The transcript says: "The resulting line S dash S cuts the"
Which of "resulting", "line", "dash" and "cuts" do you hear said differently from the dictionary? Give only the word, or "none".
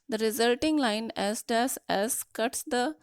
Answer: dash